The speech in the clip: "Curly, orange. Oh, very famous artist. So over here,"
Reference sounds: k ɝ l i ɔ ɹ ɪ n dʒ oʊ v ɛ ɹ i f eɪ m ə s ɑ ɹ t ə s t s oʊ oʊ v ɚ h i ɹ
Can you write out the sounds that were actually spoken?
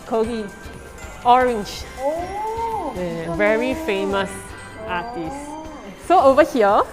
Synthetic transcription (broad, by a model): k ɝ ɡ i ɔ ɹ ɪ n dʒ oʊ v ɛ ɹ i f eɪ m ə s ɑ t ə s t s oʊ oʊ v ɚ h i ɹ